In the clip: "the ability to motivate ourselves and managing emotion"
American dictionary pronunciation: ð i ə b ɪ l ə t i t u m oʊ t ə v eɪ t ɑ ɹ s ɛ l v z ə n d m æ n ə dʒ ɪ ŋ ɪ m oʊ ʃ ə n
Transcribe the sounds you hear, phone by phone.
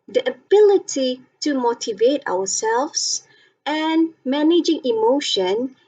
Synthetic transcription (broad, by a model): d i ə b ɪ l ə t i t u m oʊ t ə v eɪ t ɑ w s ɛ l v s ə n m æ n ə dʒ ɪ ŋ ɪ m oʊ ʃ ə n